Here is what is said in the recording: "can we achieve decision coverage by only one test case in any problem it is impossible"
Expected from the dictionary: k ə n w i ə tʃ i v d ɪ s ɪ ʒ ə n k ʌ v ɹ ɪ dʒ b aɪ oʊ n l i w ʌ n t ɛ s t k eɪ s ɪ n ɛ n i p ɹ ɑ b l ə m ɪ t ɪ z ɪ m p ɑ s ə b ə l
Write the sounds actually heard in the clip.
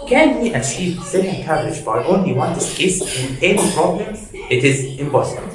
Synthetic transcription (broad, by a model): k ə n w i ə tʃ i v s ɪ ɪ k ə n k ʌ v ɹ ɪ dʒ b aɪ oʊ n l i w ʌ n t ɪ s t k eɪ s ɪ n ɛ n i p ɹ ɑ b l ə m ɪ t ɪ z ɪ m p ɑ s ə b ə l